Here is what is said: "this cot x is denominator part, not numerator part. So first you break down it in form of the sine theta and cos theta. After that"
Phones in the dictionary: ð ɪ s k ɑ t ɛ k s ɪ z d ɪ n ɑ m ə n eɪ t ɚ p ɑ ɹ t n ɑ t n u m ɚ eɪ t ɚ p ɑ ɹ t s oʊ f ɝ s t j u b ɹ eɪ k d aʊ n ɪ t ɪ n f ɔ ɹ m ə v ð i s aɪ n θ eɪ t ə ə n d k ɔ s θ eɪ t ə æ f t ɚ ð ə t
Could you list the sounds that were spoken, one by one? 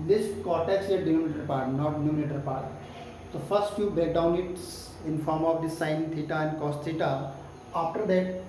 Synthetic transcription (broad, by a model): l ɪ s k ɑ t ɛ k s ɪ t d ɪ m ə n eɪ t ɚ p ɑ ɹ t n ɑ t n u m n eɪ t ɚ p ɑ ɹ t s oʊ f ɝ s t j u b eɪ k d aʊ n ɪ t ɪ n f ɔ ɹ m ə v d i s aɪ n t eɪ t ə ə n d k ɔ s t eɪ t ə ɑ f t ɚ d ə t